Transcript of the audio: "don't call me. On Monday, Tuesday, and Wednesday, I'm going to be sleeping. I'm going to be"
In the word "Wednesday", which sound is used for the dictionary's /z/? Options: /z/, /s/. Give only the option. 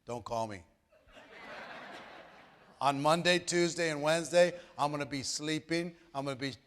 /z/